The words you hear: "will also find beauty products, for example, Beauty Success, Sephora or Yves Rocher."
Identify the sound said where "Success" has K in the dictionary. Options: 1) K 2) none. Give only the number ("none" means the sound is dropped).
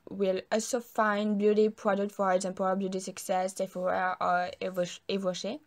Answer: 1